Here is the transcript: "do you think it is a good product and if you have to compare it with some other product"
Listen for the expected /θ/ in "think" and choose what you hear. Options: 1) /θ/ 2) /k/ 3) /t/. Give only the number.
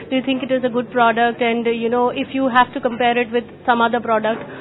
3